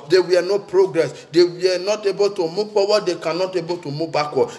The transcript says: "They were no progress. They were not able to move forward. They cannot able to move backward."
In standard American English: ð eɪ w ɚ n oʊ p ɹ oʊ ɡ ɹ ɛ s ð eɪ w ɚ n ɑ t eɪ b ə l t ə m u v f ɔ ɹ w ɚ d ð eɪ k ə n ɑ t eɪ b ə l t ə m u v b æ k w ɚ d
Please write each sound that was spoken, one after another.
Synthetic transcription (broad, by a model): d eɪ w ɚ n oʊ p ɹ oʊ ɡ ɹ ɛ s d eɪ w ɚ n ɑ t eɪ b ə l t ə m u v p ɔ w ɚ d eɪ k ə n ɑ t eɪ b ə l t ə m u b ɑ k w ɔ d